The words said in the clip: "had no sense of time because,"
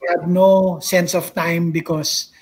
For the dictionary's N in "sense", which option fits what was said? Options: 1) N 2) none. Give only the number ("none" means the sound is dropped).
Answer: 1